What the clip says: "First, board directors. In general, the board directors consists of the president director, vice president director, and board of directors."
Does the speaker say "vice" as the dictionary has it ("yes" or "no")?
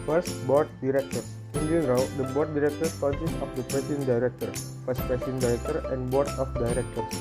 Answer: no